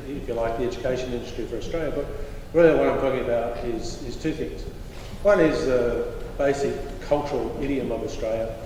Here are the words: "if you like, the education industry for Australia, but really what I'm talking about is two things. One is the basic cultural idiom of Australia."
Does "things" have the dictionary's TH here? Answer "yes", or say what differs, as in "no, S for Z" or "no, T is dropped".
yes